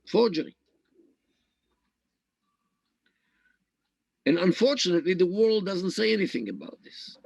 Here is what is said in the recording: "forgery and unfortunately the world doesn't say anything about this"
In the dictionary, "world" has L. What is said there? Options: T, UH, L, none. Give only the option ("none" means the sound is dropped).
L